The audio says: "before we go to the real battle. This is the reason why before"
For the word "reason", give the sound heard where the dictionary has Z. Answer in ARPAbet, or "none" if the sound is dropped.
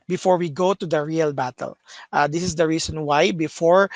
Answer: S